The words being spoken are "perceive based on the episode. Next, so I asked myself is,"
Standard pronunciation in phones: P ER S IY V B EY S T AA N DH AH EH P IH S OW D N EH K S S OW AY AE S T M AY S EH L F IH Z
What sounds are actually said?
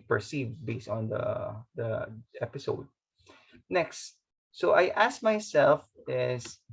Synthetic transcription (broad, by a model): P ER S IY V B EY S T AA N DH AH EH P IH S OW D N EH K S S OW AY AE S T M AY S EH L F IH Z